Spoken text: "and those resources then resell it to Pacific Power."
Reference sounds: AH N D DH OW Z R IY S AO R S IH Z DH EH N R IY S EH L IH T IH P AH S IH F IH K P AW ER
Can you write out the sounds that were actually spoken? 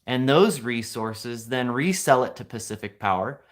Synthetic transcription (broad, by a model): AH N DH OW Z R IY S AO R S IH Z DH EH N R IY S EH L IH T IH P AH S IH F IH K P AW ER